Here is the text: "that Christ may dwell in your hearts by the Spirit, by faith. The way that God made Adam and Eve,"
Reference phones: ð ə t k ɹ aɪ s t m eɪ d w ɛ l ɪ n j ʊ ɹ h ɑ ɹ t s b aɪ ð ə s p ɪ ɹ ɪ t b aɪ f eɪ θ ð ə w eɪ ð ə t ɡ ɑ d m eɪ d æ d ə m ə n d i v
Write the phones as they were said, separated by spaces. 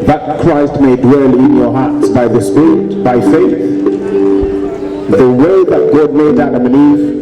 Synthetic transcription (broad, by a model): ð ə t k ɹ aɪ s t m eɪ d w ɛ l ɪ n j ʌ ɹ h ɑ ɹ t s b aɪ ð ə s p ɪ ɹ ɪ t b aɪ f eɪ θ ð ə w eɪ ð ə t ɡ ɑ d m eɪ d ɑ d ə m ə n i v